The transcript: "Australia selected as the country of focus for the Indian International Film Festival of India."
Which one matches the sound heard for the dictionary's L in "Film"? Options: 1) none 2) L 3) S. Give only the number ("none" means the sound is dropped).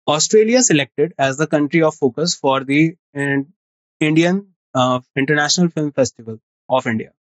2